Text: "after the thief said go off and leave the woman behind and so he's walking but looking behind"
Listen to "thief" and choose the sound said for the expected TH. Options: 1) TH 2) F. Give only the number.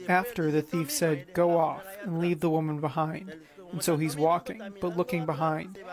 1